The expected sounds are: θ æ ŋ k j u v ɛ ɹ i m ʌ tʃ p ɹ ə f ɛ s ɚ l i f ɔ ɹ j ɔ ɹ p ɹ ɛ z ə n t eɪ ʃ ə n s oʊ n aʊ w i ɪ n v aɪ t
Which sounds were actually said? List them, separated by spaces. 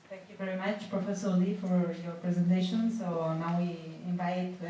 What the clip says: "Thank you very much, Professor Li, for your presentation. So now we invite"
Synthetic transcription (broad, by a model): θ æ ŋ k j u v ɛ ɹ i m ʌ tʃ p ɹ ə f ɛ s ɚ l i f ɔ ɹ j ɔ ɹ p ɹ ɛ z ə n t eɪ ʃ ə n s oʊ n aʊ w i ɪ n v aɪ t